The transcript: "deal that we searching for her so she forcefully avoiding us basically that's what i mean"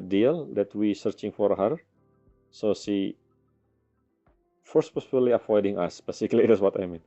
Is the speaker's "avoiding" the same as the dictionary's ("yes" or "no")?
no